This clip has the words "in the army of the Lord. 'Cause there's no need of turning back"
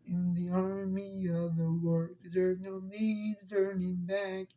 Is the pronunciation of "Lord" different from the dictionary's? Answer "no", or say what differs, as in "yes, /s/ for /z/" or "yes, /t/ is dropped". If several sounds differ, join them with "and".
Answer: yes, /w/ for /l/